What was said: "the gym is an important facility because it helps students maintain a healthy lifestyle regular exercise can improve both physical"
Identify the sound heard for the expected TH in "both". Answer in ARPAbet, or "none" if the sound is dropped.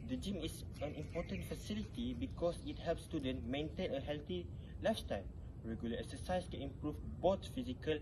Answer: T